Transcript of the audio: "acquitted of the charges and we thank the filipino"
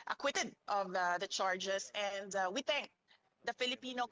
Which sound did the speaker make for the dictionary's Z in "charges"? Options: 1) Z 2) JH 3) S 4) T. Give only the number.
3